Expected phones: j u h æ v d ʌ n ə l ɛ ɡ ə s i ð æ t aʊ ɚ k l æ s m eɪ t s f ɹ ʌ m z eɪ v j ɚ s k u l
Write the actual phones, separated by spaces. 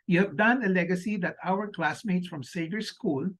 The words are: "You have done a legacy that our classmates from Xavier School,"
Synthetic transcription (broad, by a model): j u h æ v d ʌ n ə l ɛ ɡ ə s i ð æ t aʊ ɚ k l æ s m eɪ t s f ɹ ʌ m s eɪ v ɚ s k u l